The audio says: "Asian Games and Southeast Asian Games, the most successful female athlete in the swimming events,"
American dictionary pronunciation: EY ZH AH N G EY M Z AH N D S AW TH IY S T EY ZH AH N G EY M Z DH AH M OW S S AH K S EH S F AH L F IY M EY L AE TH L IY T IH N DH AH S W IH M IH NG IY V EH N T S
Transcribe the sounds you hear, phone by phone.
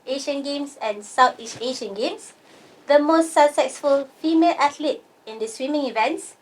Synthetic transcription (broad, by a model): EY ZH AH N G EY M S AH N S AW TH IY S T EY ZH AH N G EY M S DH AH M OW S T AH S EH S F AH L F IY M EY L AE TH L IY T IH N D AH S W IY M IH NG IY V EH N T S